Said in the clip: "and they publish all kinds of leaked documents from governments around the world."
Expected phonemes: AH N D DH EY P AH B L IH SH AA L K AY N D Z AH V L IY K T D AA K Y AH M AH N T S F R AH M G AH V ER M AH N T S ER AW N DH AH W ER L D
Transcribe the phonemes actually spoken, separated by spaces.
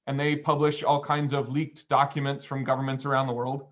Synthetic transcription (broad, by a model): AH N DH EY P AH B L IH SH AA L K AY N D Z AH V L IY K T D AA K Y AH M AH N T S F R AH M G AH V ER M AH N T S ER AW N DH AH W ER L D